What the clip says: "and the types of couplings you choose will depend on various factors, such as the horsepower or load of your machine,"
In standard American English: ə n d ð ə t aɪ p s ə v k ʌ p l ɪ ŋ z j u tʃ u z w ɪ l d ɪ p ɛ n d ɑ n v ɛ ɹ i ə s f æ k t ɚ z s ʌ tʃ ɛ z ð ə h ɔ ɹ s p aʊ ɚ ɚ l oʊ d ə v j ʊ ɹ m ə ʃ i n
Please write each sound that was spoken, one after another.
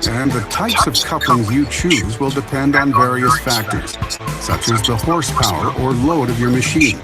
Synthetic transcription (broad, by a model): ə n ð ə t aɪ p s ə v k ʌ p l ɪ ŋ z j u tʃ u z w ɪ l d ɪ p ɛ n d n v ɛ ɹ i ə s f æ k t ɚ z s ʌ tʃ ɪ z ð ə h ɔ ɹ s p aʊ ɚ ɚ l oʊ d ə v j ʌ ɹ m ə ʃ i n